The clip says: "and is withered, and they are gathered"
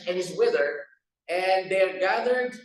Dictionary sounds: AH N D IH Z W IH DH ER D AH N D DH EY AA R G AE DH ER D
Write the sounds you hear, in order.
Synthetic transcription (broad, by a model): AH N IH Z W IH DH ER AH N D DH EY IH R G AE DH ER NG